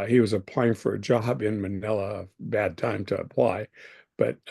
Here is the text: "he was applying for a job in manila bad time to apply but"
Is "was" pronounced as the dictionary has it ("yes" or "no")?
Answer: yes